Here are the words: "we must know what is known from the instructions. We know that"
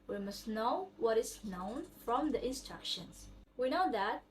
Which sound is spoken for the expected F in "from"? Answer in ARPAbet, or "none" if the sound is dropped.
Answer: F